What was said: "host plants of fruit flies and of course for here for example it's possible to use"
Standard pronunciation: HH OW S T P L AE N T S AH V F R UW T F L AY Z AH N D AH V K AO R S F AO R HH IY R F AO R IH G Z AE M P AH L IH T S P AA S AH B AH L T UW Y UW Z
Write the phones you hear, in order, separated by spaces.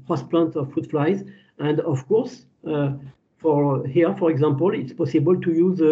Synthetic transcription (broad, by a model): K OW S P L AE N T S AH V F UW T F L AY Z AH N D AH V K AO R S F AO R HH IY R F AO R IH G Z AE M P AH L IH T S P AA S AH B AH L T UW Y UW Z